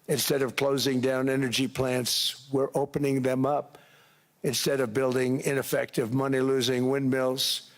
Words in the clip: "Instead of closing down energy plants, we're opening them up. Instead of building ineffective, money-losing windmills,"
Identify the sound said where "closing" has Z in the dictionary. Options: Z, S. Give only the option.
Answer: Z